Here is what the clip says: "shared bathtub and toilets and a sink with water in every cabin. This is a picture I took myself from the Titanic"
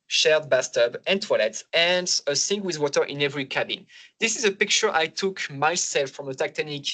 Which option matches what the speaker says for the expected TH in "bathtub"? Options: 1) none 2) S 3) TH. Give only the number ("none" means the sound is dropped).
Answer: 2